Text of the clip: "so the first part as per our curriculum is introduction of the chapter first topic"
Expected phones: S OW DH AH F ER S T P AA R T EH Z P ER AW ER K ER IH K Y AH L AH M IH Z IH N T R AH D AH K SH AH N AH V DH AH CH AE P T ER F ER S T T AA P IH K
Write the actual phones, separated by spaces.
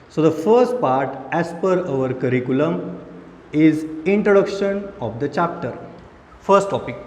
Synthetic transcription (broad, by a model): S OW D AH F ER S T P AA R T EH S P ER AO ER K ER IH K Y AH L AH M IH Z IH N T R AH D AH K SH AH N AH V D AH CH AE P T ER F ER S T T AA P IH K